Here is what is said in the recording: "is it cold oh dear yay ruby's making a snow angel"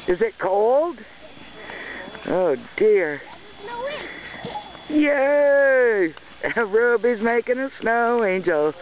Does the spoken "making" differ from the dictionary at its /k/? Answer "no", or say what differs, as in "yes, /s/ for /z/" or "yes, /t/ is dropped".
no